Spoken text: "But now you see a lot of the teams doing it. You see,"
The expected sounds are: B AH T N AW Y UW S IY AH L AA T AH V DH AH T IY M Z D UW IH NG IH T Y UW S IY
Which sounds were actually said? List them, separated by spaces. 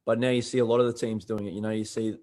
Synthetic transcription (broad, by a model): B AH T N AW Y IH S IY AH L AA T AH V DH AH T IY M Z D UW IH NG IH T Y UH S IY